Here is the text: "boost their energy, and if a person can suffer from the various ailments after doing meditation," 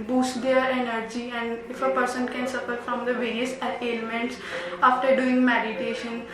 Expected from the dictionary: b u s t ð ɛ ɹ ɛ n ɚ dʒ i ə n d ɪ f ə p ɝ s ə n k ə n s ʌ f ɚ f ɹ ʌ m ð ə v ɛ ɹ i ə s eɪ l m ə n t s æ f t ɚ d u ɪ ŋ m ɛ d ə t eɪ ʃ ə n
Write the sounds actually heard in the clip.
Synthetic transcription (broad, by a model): b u s t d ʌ ɹ ɛ n ɚ dʒ i ə n d ɪ f ə p ɝ s ə n k ə n s ʌ f ɚ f ɹ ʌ m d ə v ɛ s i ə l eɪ m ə n t s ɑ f t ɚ d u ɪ ŋ m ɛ d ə t eɪ ʃ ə n